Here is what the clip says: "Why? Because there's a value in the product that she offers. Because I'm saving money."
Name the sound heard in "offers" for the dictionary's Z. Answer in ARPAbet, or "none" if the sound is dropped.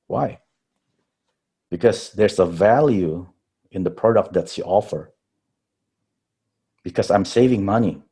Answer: none